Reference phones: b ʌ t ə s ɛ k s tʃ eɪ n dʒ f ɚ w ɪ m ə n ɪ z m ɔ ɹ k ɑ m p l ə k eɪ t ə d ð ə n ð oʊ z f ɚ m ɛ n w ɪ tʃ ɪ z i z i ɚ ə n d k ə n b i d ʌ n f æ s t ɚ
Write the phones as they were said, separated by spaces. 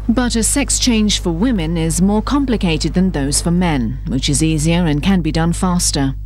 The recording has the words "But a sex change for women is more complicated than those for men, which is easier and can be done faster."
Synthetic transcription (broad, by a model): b ʌ t ə s ɛ k s tʃ eɪ n ʒ f ɚ w ɪ m ə n ɪ z m ɔ ɹ k ɑ m p l ə k eɪ t ə d ð ə n ð oʊ z f ɚ m ɛ n w ɪ tʃ ɪ z i z i ɚ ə n k ə n b i d ʌ n f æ s t ɚ